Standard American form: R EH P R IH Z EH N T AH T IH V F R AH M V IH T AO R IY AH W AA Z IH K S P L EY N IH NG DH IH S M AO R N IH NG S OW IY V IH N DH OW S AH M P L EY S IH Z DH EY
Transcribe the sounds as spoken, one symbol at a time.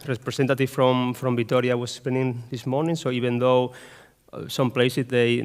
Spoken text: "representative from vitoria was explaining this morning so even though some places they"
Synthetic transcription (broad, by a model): R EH P R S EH N T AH T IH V F R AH M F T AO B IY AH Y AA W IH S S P EY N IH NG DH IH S M AO R N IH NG S OW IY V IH N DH OW S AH M P L EY S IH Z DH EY